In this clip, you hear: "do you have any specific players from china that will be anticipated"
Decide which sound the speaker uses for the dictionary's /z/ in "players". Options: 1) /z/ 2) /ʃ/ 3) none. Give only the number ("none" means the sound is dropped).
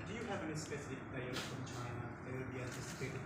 3